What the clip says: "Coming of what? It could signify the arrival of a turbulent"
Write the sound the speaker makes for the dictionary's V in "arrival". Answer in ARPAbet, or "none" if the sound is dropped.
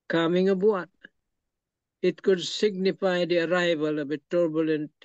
V